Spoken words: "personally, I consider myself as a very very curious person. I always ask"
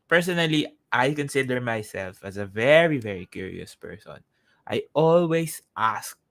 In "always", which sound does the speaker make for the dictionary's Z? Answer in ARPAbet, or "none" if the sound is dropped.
S